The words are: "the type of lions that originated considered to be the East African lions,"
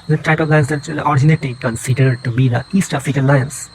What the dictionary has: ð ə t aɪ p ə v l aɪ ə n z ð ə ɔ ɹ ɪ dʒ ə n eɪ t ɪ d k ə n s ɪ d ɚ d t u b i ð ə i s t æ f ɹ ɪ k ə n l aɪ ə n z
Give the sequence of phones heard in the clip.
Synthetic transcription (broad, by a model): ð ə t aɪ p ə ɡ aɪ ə z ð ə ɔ ɹ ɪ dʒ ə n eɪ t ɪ k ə n s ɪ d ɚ d t u b i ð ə i s t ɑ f ɪ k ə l aɪ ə n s